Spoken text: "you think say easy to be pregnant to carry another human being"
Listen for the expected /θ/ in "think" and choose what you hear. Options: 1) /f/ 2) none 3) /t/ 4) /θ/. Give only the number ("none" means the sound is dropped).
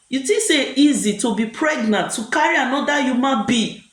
3